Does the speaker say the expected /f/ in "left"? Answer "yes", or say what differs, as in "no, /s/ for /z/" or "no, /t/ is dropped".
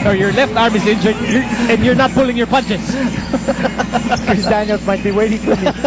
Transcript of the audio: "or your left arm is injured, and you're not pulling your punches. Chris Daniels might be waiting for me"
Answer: yes